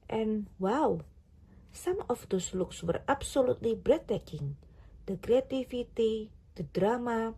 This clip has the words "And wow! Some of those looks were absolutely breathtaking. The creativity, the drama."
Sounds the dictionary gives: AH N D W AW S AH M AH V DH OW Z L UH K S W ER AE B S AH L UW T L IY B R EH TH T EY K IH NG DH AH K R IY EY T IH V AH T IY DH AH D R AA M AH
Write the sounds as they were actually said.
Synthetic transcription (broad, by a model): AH N W AW S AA M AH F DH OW S L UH K S W ER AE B S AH L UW T L IY B R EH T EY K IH NG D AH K R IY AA T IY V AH T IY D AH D R AA M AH